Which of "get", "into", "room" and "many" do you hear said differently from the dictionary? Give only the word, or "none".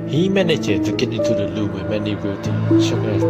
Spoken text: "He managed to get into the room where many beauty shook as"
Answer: room